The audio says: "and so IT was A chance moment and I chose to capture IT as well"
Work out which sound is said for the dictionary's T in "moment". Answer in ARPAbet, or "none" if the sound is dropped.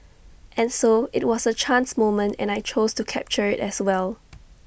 T